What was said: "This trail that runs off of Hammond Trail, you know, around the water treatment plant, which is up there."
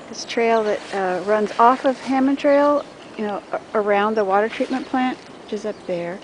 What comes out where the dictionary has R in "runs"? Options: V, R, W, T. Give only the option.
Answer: R